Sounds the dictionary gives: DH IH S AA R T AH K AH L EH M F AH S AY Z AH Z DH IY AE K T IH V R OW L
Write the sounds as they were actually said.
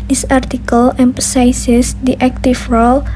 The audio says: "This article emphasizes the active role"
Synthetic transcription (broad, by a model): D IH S AA R T AH K AH L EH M P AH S AY S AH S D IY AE K T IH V R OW L